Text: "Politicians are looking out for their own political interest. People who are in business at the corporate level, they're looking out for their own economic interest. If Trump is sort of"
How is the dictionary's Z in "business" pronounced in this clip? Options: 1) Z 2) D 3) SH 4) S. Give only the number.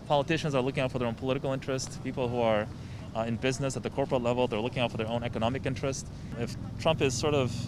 1